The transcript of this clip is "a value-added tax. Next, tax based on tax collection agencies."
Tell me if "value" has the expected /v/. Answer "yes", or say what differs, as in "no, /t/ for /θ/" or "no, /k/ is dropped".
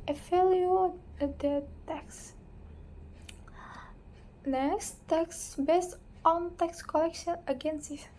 no, /f/ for /v/